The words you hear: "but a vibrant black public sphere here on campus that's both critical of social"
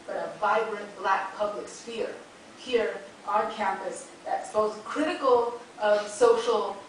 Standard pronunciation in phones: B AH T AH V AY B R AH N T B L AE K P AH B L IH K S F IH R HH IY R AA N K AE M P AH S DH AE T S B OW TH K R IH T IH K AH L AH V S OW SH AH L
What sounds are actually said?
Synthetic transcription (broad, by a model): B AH T AH V AY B R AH N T B L AE K P AH B L IH K S F IH R HH IY R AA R K AE M P AH S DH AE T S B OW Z K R IH T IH K L AH V S OW SH L